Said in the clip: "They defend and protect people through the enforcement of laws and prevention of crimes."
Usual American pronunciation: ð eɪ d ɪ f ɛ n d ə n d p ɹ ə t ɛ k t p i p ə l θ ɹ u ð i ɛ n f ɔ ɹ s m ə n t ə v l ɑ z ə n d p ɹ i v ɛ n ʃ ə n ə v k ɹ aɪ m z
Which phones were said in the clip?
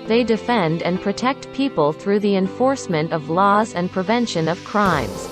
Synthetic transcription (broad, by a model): ð eɪ d ɪ f ɛ n d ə n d p ɹ ə t ɛ k t p i p ə l θ ɹ u ð i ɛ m f ɔ ɹ s m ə n t ə v l ɑ z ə n p ɹ i v ɛ n ʃ ə n ə v k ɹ aɪ m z